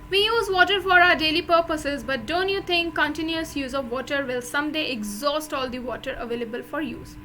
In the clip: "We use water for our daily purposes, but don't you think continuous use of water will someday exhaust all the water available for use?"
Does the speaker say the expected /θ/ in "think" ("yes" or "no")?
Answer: no